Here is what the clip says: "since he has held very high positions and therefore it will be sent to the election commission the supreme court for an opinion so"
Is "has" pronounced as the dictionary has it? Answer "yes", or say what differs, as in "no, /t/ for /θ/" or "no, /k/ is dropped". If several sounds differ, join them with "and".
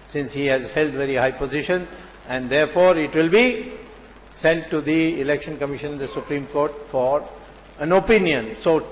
yes